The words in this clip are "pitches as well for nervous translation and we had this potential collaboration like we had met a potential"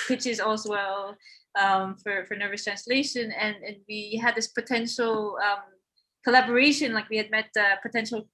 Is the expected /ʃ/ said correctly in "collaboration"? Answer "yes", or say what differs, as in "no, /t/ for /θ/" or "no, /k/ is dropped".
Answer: yes